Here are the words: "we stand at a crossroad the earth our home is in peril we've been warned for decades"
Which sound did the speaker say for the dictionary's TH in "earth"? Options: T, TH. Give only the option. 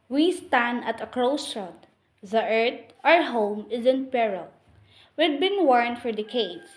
T